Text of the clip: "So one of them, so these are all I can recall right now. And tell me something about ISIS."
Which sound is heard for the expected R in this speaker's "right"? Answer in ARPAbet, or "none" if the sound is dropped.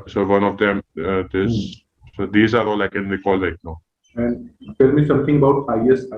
L